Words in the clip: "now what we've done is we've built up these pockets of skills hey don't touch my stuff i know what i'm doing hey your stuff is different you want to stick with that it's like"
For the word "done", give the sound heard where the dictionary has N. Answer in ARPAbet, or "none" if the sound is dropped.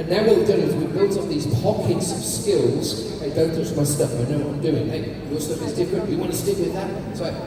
none